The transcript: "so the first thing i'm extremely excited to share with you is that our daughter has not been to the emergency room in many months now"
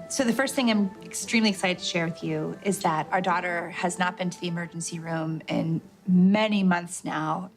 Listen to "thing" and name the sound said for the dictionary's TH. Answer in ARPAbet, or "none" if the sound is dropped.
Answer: TH